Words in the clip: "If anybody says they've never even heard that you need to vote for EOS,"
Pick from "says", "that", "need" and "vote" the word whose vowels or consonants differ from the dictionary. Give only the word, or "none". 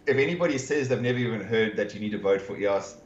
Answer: none